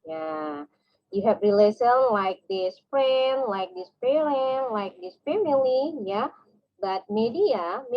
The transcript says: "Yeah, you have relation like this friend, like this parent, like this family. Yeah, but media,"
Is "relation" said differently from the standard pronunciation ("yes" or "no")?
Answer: yes